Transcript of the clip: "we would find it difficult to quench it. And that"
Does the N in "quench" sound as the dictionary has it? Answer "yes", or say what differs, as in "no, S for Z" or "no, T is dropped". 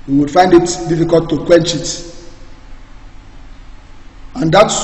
yes